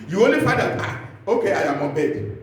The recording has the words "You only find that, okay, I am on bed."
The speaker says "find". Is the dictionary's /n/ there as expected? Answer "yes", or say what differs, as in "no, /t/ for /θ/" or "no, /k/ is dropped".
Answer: no, /n/ is dropped